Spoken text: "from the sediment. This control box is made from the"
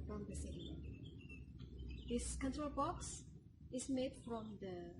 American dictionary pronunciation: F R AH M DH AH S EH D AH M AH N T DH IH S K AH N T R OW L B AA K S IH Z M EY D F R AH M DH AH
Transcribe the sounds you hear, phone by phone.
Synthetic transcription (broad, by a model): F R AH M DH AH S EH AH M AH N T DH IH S K AH N T R OW L B AA K S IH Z M EY D F R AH M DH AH